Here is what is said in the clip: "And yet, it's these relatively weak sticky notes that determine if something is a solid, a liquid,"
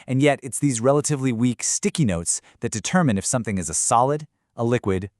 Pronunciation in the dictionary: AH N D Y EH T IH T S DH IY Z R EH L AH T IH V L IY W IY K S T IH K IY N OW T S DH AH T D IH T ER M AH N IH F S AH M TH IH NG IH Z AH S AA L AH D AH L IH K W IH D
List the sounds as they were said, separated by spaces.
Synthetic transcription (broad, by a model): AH N Y EH T IH T S DH IY Z R EH L AH T IH V L IY W IY K S T IH K IY N OW T S DH AH T D IH T ER M AH N IH F S AH M TH IH NG IH Z AH S AA L AH D AH L IH K W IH D